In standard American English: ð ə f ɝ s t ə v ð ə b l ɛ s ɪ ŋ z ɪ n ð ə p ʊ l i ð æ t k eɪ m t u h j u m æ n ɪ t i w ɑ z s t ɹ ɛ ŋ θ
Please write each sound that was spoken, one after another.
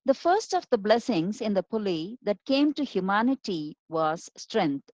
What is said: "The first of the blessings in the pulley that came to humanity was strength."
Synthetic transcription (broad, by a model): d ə f ɝ s t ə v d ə b l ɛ s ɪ ŋ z ɪ n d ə p ʊ l i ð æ t k eɪ m t u h j u m æ n ɪ t i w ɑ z s t ɹ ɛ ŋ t